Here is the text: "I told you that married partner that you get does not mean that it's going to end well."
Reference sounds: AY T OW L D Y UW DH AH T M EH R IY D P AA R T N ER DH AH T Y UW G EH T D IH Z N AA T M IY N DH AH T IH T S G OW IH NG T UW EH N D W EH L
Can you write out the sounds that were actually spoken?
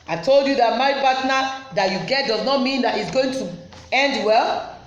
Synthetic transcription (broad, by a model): AY T OW L D Y UW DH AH T M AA IY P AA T N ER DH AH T Y UW G EH T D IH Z N AA T M IY N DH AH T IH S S G OW IH NG T UW EH N D W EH L